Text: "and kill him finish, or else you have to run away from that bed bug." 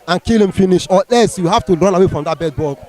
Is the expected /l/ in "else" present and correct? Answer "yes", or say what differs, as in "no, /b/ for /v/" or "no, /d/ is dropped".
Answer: no, /l/ is dropped